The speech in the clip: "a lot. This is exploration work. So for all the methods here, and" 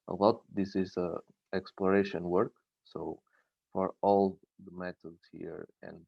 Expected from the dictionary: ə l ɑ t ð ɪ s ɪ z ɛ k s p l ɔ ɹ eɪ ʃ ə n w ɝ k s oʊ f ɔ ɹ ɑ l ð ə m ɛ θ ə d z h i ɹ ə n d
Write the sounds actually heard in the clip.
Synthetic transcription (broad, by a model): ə l ɑ t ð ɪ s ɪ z ɛ k s p l ɔ ɹ eɪ ʃ ə n w ɝ k s oʊ f ɔ ɹ ɑ l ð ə m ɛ t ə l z h i ɹ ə n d